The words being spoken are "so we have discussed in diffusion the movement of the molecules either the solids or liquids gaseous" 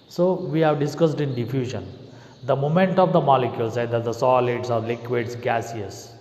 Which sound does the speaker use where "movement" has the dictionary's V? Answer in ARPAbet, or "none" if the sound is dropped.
none